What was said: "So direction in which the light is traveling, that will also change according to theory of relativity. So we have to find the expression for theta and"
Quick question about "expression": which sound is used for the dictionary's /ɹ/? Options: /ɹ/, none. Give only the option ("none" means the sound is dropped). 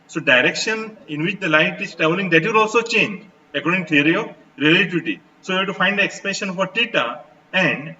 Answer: none